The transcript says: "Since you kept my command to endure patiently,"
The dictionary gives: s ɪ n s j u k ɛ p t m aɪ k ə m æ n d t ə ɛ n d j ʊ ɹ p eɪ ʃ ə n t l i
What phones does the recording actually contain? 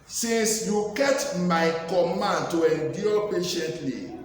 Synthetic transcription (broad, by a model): s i n s j u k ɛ t m aɪ k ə m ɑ n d t ə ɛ n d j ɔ p eɪ ʃ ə n t l i